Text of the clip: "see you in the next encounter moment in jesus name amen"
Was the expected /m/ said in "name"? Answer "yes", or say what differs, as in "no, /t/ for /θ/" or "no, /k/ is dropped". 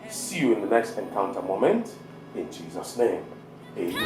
no, /m/ is dropped